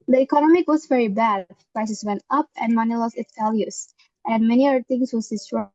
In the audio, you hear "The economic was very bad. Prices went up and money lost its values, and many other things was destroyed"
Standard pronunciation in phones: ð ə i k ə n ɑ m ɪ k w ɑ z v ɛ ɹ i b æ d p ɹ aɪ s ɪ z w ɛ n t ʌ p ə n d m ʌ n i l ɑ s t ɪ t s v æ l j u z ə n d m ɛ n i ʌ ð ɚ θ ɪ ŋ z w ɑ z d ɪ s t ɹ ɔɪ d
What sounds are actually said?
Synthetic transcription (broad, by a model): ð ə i k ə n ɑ m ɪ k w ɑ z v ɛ ɹ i b æ d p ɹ aɪ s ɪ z w ɛ n t ʌ p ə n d m ʌ n i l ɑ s ɪ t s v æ l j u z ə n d m ɛ n i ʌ ɚ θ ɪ ŋ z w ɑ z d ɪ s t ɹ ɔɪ